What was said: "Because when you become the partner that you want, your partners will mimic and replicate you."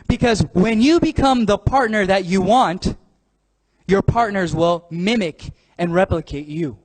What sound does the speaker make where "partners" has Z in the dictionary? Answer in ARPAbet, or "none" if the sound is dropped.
Z